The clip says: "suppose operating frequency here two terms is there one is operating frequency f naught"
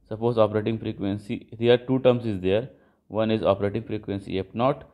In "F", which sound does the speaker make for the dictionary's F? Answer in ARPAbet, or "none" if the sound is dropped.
P